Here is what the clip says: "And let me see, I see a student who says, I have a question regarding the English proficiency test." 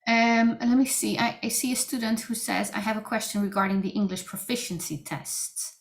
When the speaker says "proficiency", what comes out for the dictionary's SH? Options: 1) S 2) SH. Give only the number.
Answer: 2